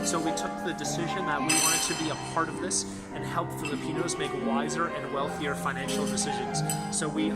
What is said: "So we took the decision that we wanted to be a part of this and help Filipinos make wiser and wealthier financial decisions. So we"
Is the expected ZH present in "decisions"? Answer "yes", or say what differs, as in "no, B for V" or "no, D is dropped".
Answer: yes